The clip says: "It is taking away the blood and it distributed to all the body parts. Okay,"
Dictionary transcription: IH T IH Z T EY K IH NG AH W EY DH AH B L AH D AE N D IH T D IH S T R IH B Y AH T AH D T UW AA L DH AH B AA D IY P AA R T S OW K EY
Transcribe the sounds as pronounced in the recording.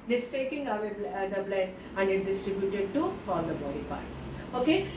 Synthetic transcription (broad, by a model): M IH S T EY K IH NG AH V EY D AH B L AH AE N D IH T D IH S T R IH B Y AH T AH D T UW AA L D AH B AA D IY P AA R T S OW K EY